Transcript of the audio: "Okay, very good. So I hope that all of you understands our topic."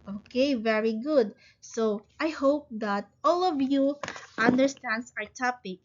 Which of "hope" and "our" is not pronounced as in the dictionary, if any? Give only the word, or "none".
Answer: none